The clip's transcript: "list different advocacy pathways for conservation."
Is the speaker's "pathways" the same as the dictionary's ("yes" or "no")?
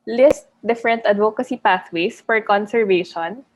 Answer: no